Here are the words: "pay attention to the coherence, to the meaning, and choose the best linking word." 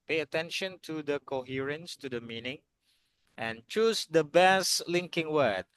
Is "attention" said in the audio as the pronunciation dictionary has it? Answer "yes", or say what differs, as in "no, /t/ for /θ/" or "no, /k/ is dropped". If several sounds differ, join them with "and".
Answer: yes